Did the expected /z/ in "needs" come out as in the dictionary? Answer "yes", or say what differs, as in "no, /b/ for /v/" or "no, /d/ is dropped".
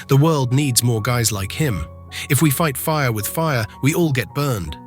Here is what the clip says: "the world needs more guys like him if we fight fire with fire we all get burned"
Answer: yes